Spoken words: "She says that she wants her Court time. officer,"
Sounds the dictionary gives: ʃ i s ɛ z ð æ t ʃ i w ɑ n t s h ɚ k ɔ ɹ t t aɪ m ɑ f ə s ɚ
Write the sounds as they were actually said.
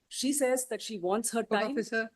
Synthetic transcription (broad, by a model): ʃ i s ɛ z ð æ t ʃ i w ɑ n t s h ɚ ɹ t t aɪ ɑ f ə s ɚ